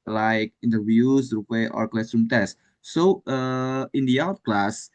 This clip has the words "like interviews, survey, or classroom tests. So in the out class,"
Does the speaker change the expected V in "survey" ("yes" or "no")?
yes